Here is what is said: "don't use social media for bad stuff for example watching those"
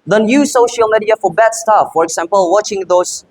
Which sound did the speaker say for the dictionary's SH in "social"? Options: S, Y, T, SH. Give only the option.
SH